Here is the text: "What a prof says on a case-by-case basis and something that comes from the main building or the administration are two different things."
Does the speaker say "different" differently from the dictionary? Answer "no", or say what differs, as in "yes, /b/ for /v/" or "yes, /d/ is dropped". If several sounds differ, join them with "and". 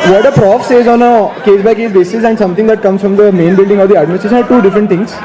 yes, /n/ is dropped